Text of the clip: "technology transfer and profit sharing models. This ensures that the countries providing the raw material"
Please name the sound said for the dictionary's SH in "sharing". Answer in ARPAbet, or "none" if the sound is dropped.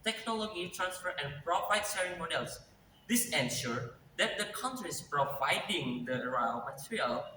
S